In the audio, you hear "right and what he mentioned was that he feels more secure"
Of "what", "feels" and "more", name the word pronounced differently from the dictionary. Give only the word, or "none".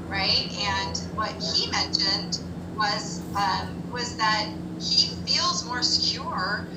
none